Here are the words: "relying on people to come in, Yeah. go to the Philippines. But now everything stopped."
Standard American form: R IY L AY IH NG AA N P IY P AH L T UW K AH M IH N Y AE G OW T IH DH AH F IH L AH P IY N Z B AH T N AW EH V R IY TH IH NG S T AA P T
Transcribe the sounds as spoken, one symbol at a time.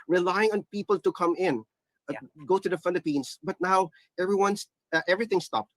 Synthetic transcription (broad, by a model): R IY L AY IH NG AA N P IY P AH L T UW K AH M IH N G OW T IH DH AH F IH L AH P IY N S B AH T N AW EH V R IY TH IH NG S T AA P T